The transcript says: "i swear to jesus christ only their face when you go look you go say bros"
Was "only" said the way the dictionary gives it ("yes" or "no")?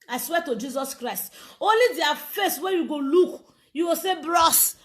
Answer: yes